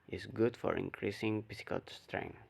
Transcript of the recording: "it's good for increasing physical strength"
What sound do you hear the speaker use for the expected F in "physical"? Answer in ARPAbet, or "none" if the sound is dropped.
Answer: P